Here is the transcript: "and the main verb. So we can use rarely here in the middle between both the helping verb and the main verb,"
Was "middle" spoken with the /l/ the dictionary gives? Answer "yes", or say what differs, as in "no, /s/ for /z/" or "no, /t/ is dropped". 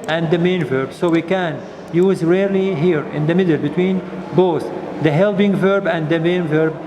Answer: yes